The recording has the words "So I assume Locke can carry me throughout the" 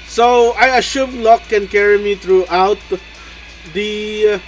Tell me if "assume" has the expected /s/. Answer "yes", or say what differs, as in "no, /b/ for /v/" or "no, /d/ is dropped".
no, /ʃ/ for /s/